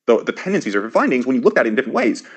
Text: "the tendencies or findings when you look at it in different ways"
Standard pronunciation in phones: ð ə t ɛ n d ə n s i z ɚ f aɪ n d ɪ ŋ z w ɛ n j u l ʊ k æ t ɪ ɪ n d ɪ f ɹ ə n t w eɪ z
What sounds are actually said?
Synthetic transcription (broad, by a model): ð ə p ɛ n d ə n s i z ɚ f aɪ n d ɪ ŋ z w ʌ n j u l ʊ k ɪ t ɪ ɪ n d ɪ f ɹ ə n t w eɪ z